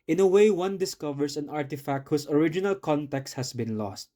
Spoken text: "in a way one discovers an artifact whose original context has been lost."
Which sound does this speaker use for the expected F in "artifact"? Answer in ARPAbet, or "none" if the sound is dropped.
F